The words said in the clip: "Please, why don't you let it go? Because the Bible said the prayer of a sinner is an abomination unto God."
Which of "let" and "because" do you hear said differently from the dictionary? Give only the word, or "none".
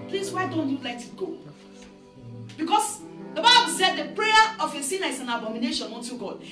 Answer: because